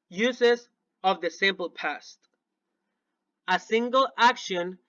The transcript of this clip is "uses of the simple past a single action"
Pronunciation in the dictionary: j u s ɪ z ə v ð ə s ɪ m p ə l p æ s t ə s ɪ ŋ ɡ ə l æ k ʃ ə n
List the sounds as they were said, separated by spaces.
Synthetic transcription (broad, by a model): j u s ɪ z ə v ð ə s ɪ m p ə l p æ s t ə s ɪ ŋ ɡ ə l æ k ʃ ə n